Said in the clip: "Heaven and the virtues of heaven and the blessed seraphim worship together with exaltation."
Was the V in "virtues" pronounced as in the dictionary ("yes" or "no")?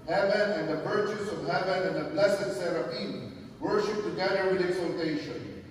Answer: no